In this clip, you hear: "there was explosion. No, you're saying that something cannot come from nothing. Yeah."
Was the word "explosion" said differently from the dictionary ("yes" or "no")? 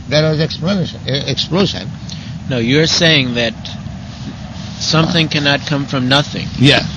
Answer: yes